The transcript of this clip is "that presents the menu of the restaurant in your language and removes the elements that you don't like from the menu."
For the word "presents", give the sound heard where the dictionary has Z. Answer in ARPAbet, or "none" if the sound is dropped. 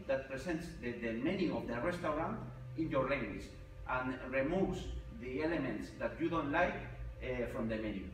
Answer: S